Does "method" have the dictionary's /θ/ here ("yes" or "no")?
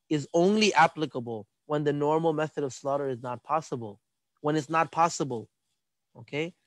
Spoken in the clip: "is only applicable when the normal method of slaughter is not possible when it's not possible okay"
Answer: yes